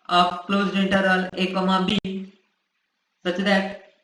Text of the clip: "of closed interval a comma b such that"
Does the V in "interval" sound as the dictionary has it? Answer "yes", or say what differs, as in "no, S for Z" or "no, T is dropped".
no, V is dropped